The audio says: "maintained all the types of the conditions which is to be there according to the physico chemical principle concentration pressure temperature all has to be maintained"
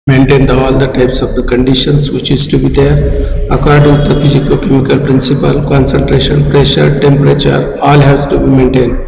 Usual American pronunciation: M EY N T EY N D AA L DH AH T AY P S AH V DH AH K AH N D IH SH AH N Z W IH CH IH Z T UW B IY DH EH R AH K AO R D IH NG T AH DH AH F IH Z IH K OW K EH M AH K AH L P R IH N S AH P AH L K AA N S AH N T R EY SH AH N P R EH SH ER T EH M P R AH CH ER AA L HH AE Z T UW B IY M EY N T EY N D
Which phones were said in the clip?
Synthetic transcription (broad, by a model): M EY N T EY N D AA L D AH T AY P S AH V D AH K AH N D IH SH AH N S W IH CH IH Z T UW B IY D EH R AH K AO R D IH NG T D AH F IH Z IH K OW K EH M AH K AH L P R IH N S AH P AH L K AA N S AH N T R EY SH AH N P R EH SH ER T EH M P R AH CH ER AA L HH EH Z T UW B IY M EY N T EY N D